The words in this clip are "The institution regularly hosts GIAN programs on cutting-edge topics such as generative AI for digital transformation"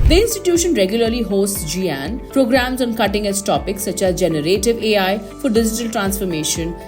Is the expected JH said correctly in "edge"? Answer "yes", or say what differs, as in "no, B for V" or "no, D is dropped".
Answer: no, Z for JH